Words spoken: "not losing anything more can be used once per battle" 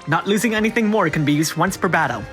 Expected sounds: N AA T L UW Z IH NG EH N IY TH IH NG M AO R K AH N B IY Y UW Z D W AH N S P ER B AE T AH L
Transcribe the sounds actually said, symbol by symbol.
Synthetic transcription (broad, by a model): N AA T L UW Z IH NG EH N IY TH IH NG M AO R K AH N B IY Y UW Z D W AH N S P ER B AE T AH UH